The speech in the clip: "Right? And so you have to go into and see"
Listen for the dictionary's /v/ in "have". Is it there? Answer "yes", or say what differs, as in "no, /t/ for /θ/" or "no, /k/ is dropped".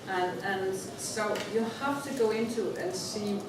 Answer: no, /f/ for /v/